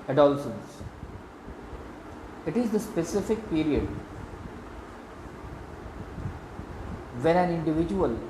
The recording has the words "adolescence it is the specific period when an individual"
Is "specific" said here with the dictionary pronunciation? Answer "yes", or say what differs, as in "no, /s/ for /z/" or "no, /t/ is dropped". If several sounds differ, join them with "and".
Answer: yes